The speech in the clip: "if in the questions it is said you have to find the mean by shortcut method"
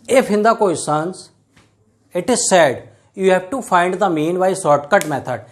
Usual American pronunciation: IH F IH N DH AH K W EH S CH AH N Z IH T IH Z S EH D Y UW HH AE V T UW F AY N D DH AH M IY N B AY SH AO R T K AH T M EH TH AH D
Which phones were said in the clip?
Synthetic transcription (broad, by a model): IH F IH N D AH K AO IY S AH N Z IH T IH Z S EH D Y UW HH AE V T UW F AY N D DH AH M IY N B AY S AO R T K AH T M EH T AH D